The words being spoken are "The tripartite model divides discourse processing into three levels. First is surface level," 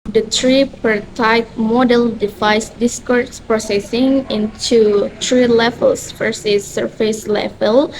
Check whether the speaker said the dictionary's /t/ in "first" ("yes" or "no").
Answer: no